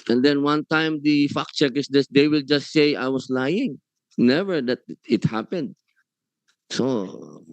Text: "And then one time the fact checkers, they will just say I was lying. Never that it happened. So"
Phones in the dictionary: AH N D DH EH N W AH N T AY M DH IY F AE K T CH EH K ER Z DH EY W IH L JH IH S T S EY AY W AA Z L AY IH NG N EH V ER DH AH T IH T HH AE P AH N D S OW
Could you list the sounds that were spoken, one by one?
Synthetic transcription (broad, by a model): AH N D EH N W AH N T AY M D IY F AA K CH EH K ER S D EY W IH L JH IH S T S EY AY W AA S L AY IH NG N EH V ER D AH T IH T HH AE P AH N D S OW